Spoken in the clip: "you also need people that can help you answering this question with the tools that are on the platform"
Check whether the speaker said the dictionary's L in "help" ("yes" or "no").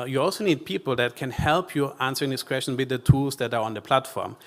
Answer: yes